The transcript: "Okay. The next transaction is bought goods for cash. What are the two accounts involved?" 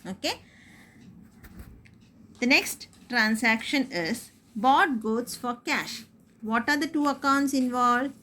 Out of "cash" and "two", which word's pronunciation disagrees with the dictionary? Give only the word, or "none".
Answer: none